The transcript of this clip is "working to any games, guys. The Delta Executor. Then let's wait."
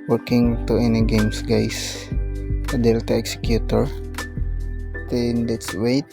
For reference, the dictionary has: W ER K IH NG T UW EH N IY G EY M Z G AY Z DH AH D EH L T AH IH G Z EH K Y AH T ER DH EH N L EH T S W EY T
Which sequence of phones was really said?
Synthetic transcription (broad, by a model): W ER K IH NG T UW EH N IY G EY M S G AY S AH D EH L T AH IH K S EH K Y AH T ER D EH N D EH T S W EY T